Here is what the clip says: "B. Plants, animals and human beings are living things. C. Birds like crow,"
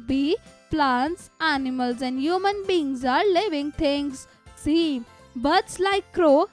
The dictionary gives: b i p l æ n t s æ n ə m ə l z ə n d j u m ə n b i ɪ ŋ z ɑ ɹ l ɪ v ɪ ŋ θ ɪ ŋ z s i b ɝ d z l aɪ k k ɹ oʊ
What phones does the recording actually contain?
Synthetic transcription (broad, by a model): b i p l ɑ n t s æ n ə m ə l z ə n d j u m ə n b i ŋ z ɑ ɹ l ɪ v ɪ ŋ t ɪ ŋ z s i b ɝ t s l aɪ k k ɹ oʊ